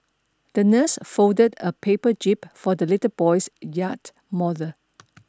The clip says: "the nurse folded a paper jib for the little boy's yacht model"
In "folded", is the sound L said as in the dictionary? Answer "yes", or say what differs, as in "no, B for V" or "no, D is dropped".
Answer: no, L is dropped